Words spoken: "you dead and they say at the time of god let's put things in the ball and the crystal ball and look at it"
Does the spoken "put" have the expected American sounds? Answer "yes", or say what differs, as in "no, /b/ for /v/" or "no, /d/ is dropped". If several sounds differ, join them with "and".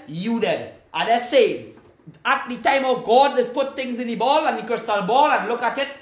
yes